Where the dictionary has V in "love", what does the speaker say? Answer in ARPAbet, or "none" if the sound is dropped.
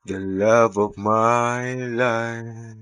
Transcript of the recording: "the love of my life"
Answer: V